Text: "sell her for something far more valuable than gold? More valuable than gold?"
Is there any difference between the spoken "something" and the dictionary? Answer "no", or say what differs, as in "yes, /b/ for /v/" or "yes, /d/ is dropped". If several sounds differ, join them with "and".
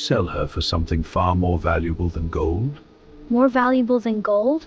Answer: no